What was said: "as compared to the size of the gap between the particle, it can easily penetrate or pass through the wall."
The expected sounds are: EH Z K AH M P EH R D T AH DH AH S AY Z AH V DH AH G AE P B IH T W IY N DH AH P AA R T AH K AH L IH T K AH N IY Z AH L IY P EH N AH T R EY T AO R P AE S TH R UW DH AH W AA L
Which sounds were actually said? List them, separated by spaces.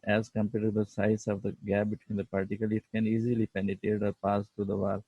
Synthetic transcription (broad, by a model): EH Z K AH M P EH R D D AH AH S AY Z AH V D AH G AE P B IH T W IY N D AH P AA R T AH K AH L IH T K AH N IY Z AH L IY P EH N AH T R EY T AO R P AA S T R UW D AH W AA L